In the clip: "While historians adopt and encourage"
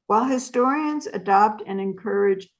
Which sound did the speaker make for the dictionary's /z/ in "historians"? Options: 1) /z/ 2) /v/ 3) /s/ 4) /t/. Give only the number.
1